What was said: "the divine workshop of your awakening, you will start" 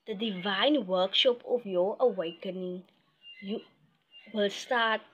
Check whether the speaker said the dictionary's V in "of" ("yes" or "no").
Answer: no